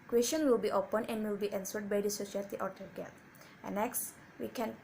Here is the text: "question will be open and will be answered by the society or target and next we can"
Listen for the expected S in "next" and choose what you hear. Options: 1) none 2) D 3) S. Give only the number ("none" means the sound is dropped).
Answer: 3